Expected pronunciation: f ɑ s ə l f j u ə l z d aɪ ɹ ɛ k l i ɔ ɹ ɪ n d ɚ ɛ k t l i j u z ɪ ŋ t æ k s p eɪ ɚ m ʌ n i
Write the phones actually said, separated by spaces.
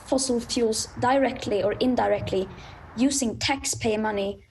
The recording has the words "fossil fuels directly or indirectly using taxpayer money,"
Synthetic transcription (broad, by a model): f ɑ s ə l f j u l s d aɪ ɹ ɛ k l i ɔ ɹ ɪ n d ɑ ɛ k t l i j u s ɪ ŋ t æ k s p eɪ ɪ m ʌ n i